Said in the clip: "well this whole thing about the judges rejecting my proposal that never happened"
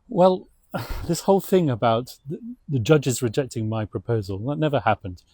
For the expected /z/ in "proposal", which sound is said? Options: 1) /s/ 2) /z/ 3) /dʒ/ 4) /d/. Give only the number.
2